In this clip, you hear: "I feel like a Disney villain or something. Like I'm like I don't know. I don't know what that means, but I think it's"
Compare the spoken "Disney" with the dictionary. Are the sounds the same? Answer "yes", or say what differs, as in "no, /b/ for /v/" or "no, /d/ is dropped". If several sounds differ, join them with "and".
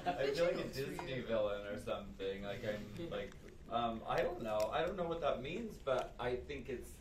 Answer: yes